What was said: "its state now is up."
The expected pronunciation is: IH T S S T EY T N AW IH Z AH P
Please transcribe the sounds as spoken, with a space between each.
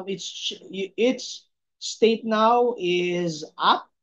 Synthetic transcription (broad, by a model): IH T S S T EY T N AW IH Z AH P